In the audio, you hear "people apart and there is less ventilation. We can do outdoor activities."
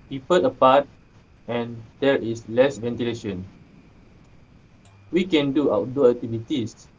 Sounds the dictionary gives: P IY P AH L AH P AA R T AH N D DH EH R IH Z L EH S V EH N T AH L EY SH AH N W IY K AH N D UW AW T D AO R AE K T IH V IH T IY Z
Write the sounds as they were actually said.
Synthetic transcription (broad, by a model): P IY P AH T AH P AA T AH N D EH R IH S L EH S V EH N T AH L EY SH AH N W IY K AH N D UW AW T D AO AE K T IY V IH T IY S